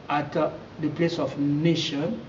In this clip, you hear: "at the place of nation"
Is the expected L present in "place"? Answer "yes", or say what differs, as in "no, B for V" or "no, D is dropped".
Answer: yes